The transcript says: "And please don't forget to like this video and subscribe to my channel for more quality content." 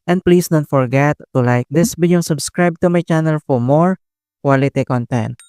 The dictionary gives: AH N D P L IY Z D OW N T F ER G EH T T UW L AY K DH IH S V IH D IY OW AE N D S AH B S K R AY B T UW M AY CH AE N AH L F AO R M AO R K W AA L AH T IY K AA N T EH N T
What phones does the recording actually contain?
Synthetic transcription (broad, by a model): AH N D P L IY S D OW N T F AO G EH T T UW L AY K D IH S B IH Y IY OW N S AH B S K R AY B T UW M AY CH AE N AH L F AO R M AO R K W AA L AH T IY K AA N T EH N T